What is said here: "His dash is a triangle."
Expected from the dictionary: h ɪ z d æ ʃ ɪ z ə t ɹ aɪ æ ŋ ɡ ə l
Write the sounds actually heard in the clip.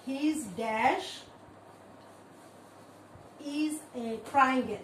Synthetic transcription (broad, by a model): h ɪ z d æ ʃ ɪ z ə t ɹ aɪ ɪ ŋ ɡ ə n